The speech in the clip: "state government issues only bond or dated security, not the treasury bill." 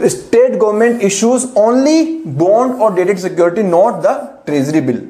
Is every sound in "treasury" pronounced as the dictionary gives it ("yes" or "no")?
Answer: no